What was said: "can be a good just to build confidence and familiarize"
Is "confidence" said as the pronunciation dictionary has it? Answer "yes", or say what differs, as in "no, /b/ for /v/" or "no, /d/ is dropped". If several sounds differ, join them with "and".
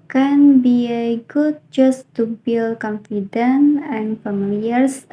no, /s/ is dropped